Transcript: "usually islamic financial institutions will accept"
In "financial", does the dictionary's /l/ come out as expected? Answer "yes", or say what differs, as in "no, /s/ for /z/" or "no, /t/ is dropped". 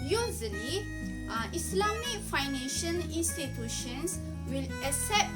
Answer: no, /n/ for /l/